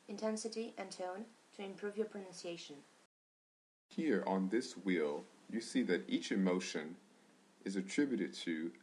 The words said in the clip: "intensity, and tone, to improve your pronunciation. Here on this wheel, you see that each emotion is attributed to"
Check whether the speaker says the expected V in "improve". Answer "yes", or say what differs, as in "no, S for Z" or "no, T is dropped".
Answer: yes